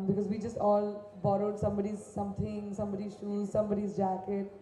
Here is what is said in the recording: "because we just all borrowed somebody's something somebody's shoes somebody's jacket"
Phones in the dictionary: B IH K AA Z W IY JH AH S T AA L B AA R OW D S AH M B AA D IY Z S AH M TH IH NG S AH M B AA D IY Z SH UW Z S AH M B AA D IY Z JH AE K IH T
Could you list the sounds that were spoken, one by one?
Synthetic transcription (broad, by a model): B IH K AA Z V IY JH AH S T AA L B AA R OW D S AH M B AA D IY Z S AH M T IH NG S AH M B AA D IY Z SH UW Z S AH M B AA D IY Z JH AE K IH T